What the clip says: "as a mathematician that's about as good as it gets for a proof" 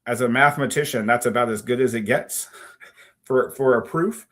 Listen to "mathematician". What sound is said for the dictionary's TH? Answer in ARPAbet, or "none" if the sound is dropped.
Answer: TH